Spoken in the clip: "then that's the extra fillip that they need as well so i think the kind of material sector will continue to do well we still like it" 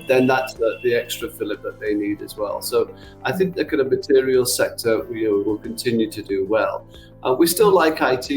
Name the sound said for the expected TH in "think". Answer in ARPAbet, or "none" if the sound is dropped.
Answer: TH